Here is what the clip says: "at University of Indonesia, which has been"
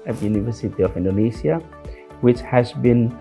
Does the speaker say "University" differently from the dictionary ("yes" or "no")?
no